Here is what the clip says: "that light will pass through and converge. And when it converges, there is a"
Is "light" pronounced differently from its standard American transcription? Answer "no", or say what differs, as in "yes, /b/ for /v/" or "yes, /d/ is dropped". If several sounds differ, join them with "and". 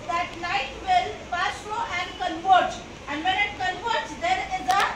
yes, /n/ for /l/